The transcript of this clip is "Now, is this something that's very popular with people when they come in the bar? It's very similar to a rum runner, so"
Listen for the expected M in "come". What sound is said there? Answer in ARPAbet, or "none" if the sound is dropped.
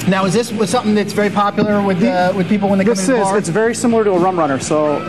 none